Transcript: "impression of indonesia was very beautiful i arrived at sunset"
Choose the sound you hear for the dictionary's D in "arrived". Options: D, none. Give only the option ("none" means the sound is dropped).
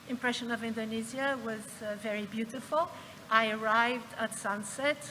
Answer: D